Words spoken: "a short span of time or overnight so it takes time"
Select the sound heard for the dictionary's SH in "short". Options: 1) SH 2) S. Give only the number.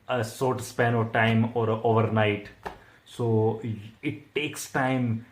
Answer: 2